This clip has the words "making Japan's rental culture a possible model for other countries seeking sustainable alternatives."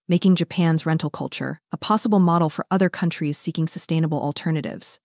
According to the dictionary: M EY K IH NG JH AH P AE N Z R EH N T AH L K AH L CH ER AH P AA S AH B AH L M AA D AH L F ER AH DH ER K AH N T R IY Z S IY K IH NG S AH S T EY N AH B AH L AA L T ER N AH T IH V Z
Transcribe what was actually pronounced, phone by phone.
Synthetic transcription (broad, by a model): M EY K IH NG JH AH P AE N Z R EH N T L K AH L CH ER AH P AA S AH B L M AA D L F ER AH DH ER K AH N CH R IY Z S IY K IH NG S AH S T EY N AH B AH L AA L T ER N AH T IH V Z